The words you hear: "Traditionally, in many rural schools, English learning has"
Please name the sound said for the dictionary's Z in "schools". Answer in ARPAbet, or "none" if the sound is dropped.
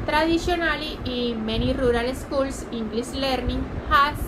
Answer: S